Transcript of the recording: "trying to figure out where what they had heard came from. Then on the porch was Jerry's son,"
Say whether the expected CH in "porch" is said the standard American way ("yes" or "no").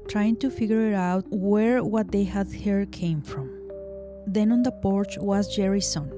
yes